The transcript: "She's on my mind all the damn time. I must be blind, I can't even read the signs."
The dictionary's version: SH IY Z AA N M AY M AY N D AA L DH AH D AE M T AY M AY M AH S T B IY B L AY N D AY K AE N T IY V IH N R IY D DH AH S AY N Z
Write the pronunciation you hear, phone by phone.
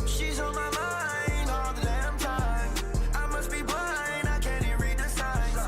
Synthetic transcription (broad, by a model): SH IY Z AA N M AY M AY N AA L DH AH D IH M T AY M AY M AH S T B IY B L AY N AY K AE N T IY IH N R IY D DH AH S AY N